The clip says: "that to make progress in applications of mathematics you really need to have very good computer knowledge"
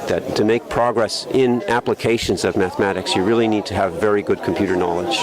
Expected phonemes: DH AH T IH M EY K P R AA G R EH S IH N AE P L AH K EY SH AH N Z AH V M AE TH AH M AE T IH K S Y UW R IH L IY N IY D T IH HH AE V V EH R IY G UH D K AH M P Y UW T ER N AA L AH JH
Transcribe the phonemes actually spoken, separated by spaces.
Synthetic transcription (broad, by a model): DH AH T IH M EY K P R AA G R EH S IH N AE P L AH K EY SH AH N Z AH V M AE TH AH M AE T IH K S Y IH R IH L IY N IY D T IH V V EH R IY G UH D K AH M P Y UW T ER N AA L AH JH